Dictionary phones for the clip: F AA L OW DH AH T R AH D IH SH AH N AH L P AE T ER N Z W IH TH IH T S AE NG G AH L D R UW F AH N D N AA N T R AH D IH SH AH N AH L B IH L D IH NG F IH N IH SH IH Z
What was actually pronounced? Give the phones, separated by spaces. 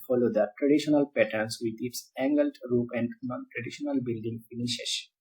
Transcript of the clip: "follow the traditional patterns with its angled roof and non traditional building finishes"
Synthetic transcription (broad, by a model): F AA L OW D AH T R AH D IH SH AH N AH L P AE T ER N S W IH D IH T S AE NG G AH L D R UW P AH N D N AA N T R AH D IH SH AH N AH L B IH L D IH NG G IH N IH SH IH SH